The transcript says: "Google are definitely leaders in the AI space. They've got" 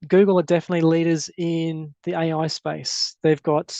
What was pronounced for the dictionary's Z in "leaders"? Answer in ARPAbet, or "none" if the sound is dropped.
Z